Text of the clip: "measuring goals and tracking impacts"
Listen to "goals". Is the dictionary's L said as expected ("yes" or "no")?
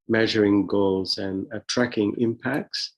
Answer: yes